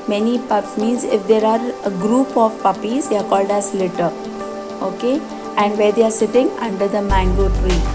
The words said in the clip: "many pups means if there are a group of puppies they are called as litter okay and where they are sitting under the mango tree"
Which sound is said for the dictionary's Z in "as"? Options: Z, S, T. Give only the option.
S